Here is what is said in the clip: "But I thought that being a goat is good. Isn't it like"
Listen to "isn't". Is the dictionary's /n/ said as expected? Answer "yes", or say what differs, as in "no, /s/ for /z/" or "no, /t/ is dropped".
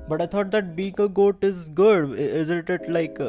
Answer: no, /l/ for /n/